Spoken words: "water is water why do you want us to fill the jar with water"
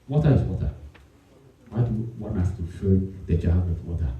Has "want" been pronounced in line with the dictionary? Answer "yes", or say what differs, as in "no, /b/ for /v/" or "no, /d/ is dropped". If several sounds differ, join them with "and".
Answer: no, /t/ is dropped